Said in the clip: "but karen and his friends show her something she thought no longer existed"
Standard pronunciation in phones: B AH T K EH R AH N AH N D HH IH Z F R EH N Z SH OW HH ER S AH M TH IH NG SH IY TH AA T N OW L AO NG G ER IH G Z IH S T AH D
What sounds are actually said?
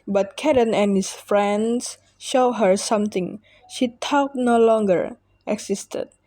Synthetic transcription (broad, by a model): B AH T K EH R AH N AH N HH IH S F R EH N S SH OW HH ER S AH M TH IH NG SH IY T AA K N OW L AO NG G ER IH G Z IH S T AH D